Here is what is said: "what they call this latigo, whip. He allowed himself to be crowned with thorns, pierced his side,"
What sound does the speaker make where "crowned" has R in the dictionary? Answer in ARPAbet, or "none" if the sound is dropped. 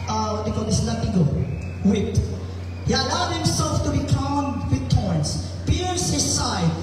none